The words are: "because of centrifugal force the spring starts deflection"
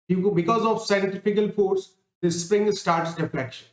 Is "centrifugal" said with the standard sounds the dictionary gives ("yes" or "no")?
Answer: no